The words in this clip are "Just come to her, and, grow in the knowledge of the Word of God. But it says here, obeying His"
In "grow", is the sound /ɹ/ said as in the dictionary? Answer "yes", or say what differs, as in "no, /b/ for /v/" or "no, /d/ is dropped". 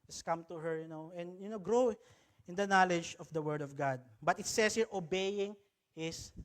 yes